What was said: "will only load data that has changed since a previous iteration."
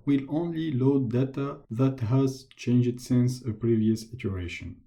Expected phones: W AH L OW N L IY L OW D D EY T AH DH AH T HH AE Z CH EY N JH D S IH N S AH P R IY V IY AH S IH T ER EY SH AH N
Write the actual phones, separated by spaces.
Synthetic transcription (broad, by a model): W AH L OW N L IY L OW D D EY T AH DH AH T HH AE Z CH EY N JH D S IH N S AH P R IY V IY AH S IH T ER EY SH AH N